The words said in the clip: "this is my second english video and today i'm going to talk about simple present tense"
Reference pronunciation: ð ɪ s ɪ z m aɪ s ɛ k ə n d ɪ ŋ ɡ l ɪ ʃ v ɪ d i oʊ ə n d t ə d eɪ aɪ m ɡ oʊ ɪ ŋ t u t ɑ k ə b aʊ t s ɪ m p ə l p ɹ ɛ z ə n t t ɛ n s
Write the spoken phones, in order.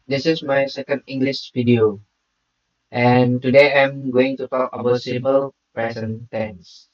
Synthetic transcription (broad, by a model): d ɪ s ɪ s m aɪ s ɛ k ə n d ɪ ŋ ɡ l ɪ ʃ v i d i oʊ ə n t ə d eɪ aɪ m ɡ oʊ ɪ ŋ t u t ɑ k ə b aʊ t s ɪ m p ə l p ɹ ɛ s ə n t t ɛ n s